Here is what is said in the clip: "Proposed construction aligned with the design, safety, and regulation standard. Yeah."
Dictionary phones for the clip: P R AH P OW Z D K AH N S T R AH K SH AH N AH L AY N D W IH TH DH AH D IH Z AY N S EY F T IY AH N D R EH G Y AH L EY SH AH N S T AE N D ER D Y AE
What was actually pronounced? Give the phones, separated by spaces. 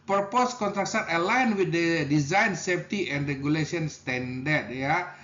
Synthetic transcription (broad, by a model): P R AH P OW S K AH N T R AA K S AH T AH L AY N W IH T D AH D IH Z AY N S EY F T IY AH N D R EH G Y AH L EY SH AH N S T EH N D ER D Y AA